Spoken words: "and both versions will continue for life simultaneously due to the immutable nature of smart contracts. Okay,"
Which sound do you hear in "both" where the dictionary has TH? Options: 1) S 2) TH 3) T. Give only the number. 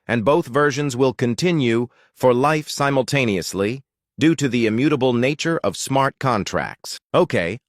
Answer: 2